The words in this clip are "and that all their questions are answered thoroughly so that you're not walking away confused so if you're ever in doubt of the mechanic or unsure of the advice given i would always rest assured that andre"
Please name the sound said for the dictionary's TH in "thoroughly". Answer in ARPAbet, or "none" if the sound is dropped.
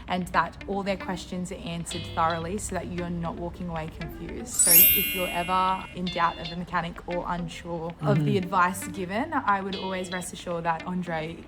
TH